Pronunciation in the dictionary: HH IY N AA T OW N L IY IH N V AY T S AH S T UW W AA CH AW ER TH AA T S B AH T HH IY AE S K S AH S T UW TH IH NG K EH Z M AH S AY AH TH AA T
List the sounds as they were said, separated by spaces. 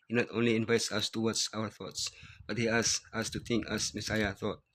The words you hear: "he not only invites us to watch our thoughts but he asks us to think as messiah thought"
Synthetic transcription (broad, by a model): HH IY N AA T OW N L IY IH N V AY T S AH S T UW W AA S AW ER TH AA T S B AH T HH IY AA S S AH S T UW T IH NG K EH S M AH S AY AH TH AA T